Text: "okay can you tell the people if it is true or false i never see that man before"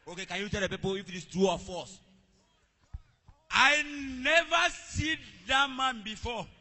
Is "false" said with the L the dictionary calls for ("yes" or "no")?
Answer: no